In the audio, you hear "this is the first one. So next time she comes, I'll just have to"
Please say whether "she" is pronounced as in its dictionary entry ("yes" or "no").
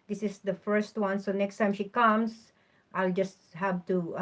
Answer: yes